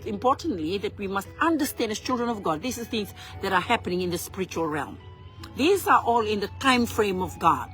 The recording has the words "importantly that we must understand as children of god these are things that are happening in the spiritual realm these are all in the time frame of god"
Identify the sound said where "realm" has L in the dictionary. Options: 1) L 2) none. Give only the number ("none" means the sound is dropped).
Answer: 1